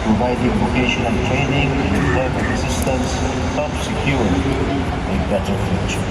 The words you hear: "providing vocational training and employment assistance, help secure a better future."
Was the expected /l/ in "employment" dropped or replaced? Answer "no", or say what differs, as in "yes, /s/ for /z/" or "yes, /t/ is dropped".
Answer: yes, /l/ is dropped